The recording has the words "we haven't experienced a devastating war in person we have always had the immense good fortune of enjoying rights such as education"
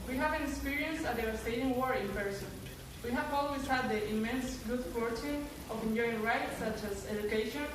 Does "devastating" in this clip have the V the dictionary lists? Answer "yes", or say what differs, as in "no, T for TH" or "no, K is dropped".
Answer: no, V is dropped